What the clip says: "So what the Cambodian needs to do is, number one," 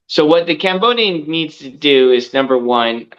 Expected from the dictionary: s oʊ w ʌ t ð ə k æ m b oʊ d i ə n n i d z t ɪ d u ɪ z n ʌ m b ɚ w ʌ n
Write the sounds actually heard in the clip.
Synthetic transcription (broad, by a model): s oʊ w ʌ t ð ə k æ m b oʊ d i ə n n i d z t ɪ d u ɪ z n ʌ m b ɚ w ʌ n